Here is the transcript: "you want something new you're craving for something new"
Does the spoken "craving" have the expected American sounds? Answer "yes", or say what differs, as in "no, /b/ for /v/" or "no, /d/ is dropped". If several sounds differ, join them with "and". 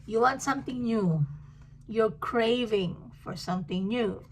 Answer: yes